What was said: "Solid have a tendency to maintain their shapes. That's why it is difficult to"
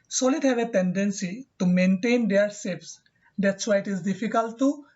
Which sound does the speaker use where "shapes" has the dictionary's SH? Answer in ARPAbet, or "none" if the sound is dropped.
S